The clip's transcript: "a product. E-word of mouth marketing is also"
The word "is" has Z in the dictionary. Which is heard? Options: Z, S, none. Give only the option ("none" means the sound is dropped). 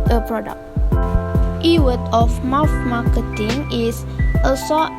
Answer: S